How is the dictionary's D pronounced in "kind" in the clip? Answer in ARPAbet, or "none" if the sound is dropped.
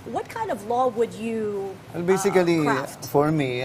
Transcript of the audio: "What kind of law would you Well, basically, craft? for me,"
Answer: D